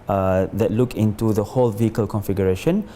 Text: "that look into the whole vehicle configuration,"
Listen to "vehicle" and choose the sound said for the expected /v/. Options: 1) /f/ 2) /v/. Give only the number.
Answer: 2